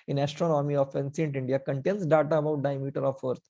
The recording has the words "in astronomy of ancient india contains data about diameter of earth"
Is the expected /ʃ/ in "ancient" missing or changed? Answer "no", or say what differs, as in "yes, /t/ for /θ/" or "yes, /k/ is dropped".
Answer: yes, /s/ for /ʃ/